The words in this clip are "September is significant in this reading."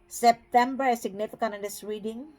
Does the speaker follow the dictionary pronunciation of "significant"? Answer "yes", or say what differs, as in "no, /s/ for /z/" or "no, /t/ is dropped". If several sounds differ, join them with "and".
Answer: no, /t/ is dropped